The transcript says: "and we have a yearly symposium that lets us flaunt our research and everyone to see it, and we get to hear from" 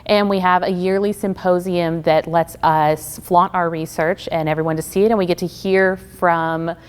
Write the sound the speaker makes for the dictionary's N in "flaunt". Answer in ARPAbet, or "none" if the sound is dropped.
none